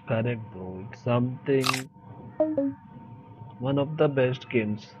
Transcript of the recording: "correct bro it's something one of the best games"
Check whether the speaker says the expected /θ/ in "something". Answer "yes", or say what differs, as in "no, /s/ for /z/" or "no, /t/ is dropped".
no, /t/ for /θ/